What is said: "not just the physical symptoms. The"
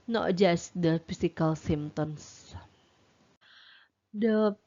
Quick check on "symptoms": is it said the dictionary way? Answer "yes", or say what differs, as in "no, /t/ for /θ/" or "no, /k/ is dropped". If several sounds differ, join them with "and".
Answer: no, /p/ is dropped